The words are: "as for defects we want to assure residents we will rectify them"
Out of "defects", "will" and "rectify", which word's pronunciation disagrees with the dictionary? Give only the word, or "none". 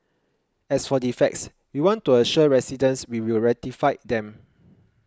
rectify